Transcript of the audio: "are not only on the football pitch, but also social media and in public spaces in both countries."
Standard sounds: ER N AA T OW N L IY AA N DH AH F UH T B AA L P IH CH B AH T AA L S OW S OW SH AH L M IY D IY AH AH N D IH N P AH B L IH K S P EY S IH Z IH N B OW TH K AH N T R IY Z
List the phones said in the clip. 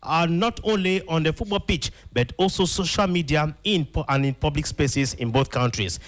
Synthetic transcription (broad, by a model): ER N AA T OW N L IY AA N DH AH F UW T B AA L P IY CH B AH T AA L S OW S OW SH AH L M IY D IY AH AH N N IH N P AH B L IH K S P EY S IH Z IH N B OW TH K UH N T R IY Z